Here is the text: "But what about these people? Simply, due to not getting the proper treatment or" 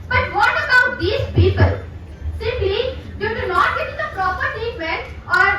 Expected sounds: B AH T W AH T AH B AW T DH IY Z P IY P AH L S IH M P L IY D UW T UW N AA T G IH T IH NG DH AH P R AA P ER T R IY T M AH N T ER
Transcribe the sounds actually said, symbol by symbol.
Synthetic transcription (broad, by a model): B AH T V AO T AH B AW T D IY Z P IY P AH L S IH M P L IY D UW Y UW N AA T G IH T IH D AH P R AA P ER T IY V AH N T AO